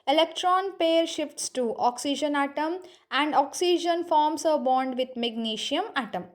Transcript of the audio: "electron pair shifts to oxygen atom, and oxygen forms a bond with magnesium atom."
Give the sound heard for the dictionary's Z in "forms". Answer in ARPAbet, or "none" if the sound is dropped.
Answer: S